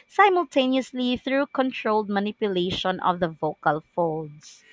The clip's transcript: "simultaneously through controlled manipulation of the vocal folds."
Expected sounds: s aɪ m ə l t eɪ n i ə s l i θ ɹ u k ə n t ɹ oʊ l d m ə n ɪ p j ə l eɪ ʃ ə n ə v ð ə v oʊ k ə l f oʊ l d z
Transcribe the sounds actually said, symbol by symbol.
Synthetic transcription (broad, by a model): s aɪ m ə l t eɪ n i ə s l i θ ɹ u k ə n t ɹ oʊ l d m ə n ɪ p j ə l eɪ ʃ ə n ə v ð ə v oʊ k ə l f oʊ l d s